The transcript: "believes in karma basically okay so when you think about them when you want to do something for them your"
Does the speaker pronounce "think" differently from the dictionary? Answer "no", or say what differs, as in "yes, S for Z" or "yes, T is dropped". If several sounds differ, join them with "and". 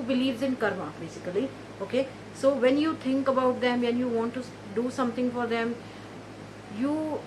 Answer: yes, T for TH